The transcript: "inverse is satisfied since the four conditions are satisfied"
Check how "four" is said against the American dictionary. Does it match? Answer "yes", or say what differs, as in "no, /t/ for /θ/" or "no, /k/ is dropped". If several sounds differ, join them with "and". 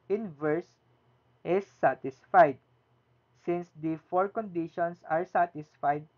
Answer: yes